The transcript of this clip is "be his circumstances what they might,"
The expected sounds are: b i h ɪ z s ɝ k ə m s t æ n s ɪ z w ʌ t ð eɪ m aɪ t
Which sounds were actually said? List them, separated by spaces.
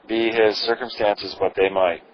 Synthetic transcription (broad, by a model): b i h ɪ z s ɝ k ə m s t æ n s ɪ z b ʌ t ð eɪ m aɪ t